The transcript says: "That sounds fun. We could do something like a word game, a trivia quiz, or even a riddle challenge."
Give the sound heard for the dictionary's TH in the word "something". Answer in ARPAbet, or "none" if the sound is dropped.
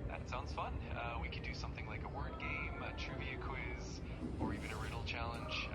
TH